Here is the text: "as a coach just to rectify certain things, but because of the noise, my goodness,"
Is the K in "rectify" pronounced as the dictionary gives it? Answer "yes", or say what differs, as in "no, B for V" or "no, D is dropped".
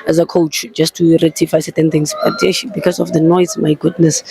no, K is dropped